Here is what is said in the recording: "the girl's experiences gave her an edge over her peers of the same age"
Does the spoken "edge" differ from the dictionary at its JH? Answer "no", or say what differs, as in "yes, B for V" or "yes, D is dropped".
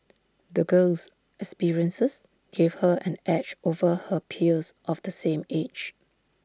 yes, CH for JH